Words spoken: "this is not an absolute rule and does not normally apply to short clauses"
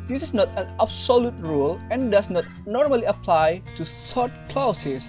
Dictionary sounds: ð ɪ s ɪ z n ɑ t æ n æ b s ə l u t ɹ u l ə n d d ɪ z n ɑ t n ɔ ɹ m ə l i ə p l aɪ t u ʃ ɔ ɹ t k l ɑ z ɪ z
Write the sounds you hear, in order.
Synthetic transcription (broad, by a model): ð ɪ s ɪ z n ɑ t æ n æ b s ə l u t ɹ u l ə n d d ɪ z n ɑ t n ɔ ɹ m ə l i ə p l aɪ t u s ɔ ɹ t k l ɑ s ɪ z